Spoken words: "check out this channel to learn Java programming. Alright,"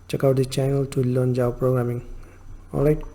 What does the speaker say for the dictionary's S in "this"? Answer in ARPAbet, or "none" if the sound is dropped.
none